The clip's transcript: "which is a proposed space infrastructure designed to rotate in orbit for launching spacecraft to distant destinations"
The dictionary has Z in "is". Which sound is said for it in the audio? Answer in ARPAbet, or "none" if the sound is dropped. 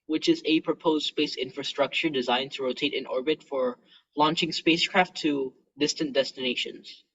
Z